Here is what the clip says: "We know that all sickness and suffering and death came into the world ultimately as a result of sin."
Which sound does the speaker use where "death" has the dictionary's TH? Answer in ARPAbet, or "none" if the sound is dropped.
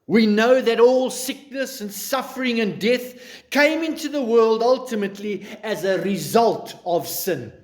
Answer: TH